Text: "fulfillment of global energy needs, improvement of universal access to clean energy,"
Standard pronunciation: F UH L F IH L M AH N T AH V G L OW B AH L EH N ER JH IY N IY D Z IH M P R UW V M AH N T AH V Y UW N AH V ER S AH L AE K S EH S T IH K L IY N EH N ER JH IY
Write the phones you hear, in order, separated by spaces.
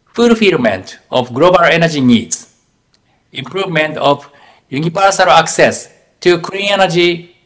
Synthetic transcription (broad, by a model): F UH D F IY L M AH N T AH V G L OW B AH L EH N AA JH IY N IY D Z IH M P R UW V M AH N T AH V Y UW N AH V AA S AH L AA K S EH S T IH K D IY EH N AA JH IY